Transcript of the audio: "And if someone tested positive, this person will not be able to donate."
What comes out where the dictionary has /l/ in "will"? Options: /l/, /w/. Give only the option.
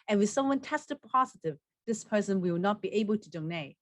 /w/